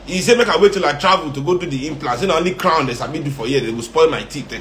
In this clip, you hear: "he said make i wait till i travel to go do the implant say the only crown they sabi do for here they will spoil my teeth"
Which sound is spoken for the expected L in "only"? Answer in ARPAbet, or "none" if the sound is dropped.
L